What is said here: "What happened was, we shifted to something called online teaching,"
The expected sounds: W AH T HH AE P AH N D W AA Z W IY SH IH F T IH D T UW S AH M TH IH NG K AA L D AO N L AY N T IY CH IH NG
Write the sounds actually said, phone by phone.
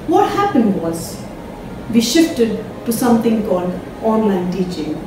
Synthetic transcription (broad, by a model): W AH T HH AE P AH N D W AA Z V IY SH IH F T IH D T UW S AH M T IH NG K AA L D AO N L AY N T IY CH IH NG